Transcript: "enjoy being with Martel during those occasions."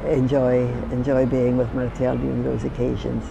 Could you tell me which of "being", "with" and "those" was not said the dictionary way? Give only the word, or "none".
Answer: none